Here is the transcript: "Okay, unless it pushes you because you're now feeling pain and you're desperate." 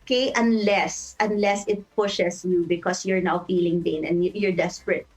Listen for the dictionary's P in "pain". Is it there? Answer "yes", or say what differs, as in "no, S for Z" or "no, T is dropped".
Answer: no, B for P